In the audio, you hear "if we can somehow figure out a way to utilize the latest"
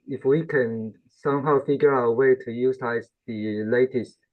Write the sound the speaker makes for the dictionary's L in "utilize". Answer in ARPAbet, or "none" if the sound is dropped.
none